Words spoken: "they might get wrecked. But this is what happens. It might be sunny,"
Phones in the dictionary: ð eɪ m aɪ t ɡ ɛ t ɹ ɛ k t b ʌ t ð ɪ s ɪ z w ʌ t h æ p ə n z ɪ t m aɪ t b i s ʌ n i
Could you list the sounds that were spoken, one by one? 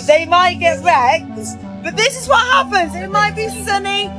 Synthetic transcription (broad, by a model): ð eɪ m aɪ t ɡ ɛ t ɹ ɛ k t b ʌ t ð ɪ s ɪ z w ʌ t h æ p ə n z ɪ t m aɪ t b i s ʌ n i